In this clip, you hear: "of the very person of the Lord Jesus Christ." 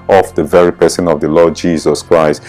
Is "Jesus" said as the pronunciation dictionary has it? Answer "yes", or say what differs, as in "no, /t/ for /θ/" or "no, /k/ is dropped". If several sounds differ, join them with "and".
yes